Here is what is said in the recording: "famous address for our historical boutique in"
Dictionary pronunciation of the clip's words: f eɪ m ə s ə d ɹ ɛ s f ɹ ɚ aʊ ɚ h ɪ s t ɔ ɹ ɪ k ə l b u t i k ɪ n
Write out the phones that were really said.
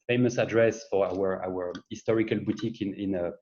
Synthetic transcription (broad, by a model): f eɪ m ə s ə d ɹ ɛ s f w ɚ aʊ ɚ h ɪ s t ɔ ɹ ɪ k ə l b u t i k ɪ n